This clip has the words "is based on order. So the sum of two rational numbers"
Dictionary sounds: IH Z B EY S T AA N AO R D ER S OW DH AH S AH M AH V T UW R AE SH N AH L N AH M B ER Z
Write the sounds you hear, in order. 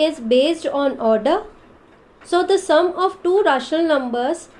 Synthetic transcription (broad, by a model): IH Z B EY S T AA N AO R D ER S OW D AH S AH M AH V T UW R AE SH AH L N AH M B ER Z